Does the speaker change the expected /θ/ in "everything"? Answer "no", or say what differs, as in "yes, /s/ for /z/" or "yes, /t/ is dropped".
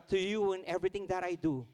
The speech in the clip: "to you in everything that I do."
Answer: yes, /t/ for /θ/